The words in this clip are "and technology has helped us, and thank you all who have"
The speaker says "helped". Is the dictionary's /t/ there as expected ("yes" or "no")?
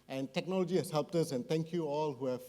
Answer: yes